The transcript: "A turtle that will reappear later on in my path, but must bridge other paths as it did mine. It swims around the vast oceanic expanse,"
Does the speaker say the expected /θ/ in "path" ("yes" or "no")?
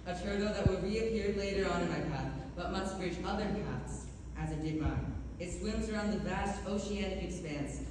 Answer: no